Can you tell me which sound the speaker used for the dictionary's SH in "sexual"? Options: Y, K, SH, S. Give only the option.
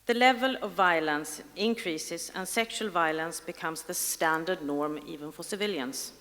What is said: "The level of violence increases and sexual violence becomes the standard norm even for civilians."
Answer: SH